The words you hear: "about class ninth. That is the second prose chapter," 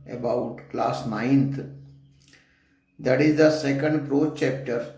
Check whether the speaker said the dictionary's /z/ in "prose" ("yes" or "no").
no